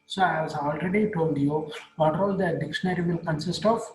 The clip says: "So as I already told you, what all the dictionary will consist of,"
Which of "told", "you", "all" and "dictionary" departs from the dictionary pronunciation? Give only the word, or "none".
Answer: none